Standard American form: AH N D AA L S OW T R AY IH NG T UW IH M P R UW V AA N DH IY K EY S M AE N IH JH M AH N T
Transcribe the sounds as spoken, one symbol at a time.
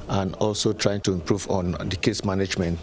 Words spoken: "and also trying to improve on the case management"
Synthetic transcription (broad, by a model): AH N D AA L S OW T R AY IH NG T UW IH M P R UW V AA N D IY K EY S M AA N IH JH M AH N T